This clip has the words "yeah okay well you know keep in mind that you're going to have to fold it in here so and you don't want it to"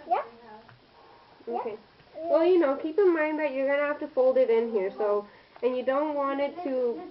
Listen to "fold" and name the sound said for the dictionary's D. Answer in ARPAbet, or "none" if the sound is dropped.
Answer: D